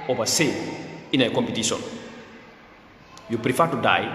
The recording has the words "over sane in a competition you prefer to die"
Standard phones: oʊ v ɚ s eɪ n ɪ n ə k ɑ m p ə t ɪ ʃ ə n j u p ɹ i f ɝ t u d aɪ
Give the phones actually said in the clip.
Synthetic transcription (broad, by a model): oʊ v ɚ s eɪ ɪ n ə k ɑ m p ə t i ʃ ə n j u p ɹ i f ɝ t u d aɪ